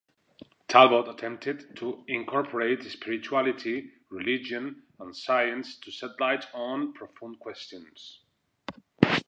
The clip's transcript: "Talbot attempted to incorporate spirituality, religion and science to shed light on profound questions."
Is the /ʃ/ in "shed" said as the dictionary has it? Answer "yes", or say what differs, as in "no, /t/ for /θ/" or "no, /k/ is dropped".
no, /s/ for /ʃ/